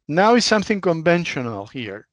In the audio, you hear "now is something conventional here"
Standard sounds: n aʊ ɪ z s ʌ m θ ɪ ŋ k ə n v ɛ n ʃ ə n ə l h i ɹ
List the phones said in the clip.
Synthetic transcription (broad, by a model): n aʊ ɪ z s ʌ m θ ɪ ŋ k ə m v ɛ n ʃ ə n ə l h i ɹ